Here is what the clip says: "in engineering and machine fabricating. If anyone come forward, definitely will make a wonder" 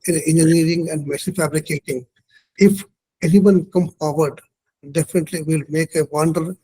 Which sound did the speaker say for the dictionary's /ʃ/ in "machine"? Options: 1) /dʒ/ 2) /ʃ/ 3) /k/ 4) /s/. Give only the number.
4